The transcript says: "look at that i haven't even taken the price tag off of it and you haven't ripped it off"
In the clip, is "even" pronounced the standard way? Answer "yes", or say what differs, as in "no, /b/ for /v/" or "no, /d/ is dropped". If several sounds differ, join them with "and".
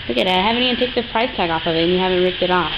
no, /v/ is dropped